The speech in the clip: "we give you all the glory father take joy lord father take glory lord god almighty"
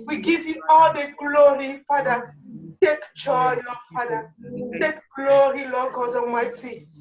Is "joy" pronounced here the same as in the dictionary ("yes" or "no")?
no